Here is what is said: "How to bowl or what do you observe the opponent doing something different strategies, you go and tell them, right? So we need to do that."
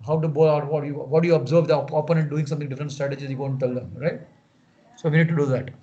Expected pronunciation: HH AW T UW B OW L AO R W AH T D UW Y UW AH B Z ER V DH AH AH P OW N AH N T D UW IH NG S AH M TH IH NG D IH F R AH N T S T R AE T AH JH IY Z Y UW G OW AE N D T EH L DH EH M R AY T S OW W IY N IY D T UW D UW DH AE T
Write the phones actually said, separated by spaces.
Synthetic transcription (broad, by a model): HH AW T UW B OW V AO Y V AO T D UW Y UW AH B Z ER V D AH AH P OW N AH T D UW IH NG S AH M T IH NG D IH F R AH T S T R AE T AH JH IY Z Y UW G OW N T EH L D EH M R AY T S OW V IY N IY D T UW D UW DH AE T